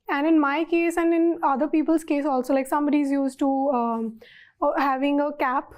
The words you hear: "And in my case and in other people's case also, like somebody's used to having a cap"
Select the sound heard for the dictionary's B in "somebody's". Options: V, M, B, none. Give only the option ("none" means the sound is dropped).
B